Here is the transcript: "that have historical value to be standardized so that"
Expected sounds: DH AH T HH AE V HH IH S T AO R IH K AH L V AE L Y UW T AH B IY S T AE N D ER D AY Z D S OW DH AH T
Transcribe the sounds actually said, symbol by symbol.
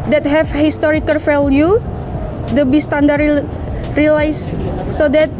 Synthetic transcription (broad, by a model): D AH T HH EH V HH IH S T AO R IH K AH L F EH L Y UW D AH B IY S T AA N D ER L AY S S OW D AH T